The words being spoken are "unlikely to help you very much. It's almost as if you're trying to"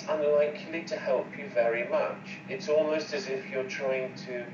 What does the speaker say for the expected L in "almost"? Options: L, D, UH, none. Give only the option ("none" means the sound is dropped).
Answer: L